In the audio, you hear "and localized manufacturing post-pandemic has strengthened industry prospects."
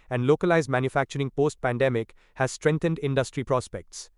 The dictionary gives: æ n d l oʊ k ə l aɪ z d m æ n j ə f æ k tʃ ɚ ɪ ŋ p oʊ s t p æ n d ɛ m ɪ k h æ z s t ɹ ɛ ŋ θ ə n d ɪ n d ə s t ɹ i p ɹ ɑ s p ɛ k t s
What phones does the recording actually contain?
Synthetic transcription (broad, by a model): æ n d l oʊ k ə l aɪ z d m æ n j ə f æ k tʃ ɚ ɪ ŋ p oʊ s t p æ n d ɛ m ɪ k h æ z s t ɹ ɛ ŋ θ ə n d ɪ n d ə s t ɹ i p ɹ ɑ s p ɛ k t s